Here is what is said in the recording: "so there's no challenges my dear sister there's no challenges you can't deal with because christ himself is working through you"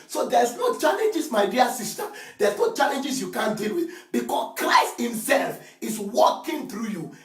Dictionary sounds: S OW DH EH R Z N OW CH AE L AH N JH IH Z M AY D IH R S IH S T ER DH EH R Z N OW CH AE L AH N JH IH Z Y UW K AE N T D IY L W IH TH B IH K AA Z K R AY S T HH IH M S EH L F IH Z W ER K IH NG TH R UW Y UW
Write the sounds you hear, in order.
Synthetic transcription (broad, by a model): S OW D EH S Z N OW CH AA L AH N JH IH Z M AY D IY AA S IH S T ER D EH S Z N OW CH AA L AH N JH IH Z Y UW K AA N D IY L W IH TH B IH K AA S K R AY S T HH IH M S EH L F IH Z W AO K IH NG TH R UW Y UW